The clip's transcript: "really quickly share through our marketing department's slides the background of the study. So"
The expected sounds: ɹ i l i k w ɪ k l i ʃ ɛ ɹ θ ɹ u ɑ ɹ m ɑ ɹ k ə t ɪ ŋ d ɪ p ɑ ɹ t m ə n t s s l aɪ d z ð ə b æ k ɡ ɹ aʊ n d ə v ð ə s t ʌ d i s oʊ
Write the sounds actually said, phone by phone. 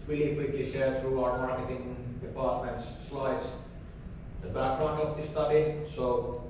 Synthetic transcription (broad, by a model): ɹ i l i k w ɪ k l i ʃ ɛ ɹ t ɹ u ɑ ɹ m ɑ ɹ k ə t ɪ ŋ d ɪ p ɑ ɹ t m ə n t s s l aɪ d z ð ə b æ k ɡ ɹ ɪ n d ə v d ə s t ʌ d i s oʊ